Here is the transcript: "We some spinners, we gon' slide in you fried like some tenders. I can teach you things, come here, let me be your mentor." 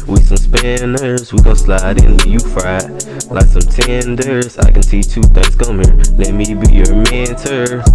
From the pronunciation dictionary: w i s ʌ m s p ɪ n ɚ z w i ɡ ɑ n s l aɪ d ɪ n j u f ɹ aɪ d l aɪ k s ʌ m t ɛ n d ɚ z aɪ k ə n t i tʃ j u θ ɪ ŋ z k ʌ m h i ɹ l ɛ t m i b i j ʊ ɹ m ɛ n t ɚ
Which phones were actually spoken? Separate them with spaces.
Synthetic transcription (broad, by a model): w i s ʌ m s p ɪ n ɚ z w i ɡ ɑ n s l aɪ d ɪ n j u f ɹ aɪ l aɪ k s ʌ m t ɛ n d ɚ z aɪ k ə n s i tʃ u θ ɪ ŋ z k ʌ m h i ɹ l ɛ t m i b i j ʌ ɹ m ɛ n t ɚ